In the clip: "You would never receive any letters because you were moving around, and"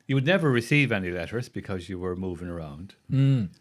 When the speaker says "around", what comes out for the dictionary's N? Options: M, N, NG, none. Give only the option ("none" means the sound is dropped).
none